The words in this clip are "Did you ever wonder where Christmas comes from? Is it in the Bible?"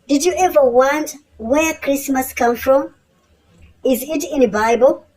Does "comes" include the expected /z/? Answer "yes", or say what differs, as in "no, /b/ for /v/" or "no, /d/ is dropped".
no, /z/ is dropped